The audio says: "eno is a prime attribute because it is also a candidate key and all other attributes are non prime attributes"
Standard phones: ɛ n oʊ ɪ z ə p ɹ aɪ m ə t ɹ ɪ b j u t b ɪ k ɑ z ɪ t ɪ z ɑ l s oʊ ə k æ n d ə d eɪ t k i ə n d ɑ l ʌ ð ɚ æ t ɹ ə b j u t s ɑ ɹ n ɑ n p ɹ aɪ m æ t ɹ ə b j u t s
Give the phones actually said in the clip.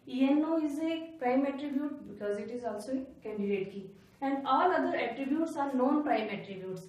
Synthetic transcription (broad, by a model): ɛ n oʊ ɪ z ə p ɹ aɪ m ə t ɹ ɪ b j u t b ɪ k ɑ z ɪ t ɪ z ɑ l s oʊ ə k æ n d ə d eɪ t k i ə n d ɑ l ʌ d ɚ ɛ t ɹ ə b j u t s ɑ ɹ n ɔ n p ɹ aɪ m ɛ t ɹ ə b j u t s